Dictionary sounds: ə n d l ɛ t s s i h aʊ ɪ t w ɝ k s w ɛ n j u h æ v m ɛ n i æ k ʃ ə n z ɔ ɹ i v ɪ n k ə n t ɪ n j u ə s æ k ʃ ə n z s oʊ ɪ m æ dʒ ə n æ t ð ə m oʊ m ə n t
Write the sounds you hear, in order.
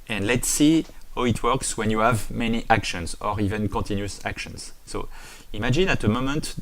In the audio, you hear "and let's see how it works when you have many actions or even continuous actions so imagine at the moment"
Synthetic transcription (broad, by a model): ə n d l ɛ t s s i h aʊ ɪ t w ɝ k s w ɛ n j u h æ v m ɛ n i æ k ʃ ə n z ɔ ɹ i v ɪ n k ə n t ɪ n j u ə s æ k ʃ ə n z s oʊ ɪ m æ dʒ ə n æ t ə m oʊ m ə n t